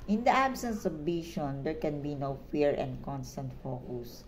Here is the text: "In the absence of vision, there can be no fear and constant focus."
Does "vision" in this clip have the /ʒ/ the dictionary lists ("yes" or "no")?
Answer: no